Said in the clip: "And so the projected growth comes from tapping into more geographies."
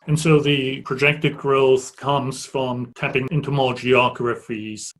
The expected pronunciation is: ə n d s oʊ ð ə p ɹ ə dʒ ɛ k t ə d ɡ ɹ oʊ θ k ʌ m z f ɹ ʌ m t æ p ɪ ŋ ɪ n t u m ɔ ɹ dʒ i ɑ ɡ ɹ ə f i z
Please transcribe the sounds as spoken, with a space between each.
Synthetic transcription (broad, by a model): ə n s oʊ ð ə p ɹ ə dʒ ɛ k t ə d ɡ ɹ oʊ θ k ʌ m z f ɹ ʌ m t æ p ɪ ŋ ɪ n t u m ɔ l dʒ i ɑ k ɹ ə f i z